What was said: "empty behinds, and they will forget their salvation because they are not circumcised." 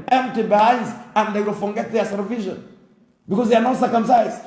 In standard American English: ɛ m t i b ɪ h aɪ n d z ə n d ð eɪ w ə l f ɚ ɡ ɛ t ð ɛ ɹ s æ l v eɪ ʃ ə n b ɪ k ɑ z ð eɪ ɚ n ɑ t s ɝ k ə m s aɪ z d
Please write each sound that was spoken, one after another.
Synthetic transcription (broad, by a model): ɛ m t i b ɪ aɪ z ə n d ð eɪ w ə l f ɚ ɡ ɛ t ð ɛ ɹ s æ v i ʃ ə n b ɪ k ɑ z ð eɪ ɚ n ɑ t s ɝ k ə m s aɪ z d